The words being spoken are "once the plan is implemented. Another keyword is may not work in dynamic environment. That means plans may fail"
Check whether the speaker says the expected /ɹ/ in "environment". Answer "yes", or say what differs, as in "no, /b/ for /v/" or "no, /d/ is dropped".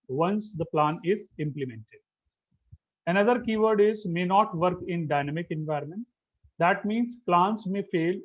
yes